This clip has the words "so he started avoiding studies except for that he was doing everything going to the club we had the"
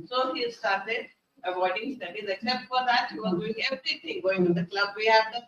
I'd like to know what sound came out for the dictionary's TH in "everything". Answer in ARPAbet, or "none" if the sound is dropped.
T